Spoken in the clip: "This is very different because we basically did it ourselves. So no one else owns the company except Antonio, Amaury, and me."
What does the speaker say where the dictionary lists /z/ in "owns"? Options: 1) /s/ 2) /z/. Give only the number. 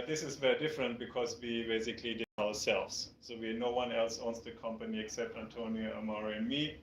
1